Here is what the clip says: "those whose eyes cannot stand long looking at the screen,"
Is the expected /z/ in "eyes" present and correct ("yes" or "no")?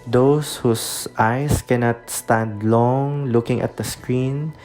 no